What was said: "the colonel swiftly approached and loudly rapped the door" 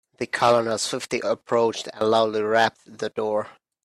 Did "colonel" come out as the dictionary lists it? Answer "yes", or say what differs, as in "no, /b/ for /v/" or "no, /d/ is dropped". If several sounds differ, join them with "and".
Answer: no, /l/ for /n/ and /n/ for /l/